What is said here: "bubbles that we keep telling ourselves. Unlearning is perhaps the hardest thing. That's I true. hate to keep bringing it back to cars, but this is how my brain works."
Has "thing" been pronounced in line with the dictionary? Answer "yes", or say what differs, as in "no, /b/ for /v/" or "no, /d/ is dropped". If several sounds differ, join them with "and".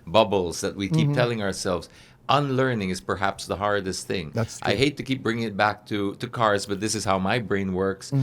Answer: yes